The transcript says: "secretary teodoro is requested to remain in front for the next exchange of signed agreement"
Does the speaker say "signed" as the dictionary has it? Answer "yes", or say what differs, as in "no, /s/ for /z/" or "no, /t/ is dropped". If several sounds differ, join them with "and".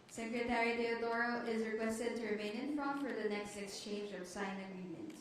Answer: no, /d/ is dropped